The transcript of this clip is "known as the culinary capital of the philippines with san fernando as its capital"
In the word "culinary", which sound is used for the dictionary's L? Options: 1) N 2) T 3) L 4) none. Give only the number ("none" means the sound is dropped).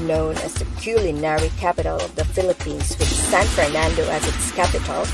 3